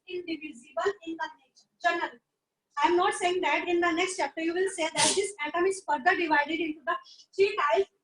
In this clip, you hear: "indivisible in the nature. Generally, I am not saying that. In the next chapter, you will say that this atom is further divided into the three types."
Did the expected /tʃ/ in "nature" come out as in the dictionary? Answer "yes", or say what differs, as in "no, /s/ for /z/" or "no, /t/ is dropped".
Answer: no, /ʃ/ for /tʃ/